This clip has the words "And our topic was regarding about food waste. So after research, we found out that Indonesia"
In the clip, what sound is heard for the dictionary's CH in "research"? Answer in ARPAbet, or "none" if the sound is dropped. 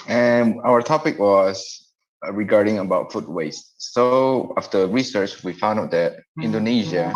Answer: CH